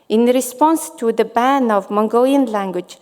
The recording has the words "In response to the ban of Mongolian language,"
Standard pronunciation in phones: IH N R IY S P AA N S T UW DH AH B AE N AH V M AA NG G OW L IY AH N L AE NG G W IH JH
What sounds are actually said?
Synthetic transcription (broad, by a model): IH N R IY S P AA N S T UW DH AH B AE N AH V M AA NG G OW L IY AH N L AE NG G W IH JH